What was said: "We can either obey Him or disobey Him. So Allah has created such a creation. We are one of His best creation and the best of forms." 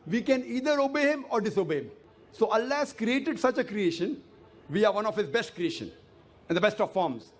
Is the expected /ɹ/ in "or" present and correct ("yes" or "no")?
yes